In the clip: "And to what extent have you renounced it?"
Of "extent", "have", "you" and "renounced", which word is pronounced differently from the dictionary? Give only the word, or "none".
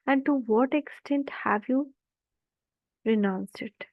renounced